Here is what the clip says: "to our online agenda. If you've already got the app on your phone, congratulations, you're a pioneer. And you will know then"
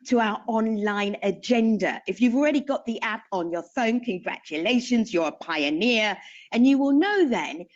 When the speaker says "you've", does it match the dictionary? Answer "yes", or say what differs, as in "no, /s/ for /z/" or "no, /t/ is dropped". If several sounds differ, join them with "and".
yes